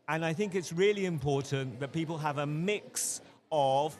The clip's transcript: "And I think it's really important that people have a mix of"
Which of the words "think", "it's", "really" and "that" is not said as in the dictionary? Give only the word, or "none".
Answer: none